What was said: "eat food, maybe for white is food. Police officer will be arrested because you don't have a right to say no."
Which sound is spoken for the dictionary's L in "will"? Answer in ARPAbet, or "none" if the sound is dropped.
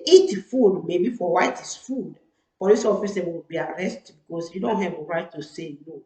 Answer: W